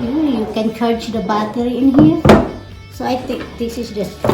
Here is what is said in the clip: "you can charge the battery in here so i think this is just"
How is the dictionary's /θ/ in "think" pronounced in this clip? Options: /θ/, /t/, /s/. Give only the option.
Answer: /t/